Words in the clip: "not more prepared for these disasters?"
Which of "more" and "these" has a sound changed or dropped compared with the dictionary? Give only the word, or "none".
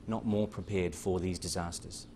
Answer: none